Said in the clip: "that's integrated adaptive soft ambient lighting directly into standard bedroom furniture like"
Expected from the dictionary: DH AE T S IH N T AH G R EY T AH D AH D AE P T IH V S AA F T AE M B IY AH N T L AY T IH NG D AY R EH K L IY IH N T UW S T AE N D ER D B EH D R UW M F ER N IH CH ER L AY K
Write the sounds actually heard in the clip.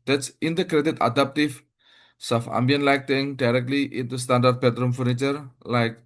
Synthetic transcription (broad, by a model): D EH T S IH N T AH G R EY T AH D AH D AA P T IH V S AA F AA M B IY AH N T L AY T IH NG D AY R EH K L IY IH N T UW S T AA N D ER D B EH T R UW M F ER N IH CH ER L AY K